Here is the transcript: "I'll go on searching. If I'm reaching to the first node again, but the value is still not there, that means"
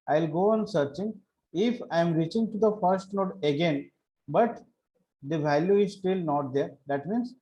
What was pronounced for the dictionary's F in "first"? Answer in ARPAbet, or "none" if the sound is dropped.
F